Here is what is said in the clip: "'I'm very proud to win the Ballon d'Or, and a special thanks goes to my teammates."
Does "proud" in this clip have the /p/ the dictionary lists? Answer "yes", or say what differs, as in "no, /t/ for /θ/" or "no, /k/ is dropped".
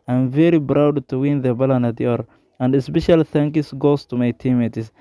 no, /b/ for /p/